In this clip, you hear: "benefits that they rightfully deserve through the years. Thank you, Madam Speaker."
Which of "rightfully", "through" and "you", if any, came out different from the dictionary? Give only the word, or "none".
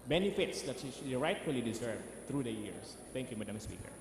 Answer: through